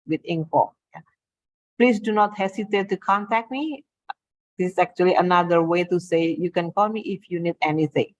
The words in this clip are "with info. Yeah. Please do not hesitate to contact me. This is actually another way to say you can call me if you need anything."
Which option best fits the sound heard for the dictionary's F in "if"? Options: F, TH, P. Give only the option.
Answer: F